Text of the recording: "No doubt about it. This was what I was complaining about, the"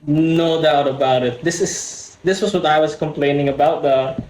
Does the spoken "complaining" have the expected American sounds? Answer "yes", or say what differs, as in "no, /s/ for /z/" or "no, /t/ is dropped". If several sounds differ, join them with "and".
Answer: yes